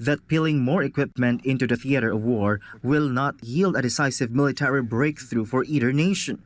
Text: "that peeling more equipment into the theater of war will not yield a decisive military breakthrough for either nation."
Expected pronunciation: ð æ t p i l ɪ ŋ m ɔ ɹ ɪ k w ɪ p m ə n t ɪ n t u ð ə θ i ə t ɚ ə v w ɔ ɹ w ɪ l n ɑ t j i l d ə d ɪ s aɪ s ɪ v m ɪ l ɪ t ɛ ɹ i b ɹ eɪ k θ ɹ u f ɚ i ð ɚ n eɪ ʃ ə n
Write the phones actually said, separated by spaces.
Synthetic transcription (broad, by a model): ð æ t p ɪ l ɪ ŋ m ɔ ɹ ɪ k w ɪ p m ə n t ɪ n t u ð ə θ i ə t ɚ ə v w ɔ ɹ w ɪ l n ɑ t j i l d ə d ɪ s aɪ s ɪ v m ɪ l ɪ t ɛ ɹ i b ɹ eɪ k θ ɹ u f ɚ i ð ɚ n eɪ ʃ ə n